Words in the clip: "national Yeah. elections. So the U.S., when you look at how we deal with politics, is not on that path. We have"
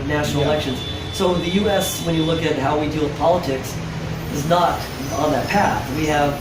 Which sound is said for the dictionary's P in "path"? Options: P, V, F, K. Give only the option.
P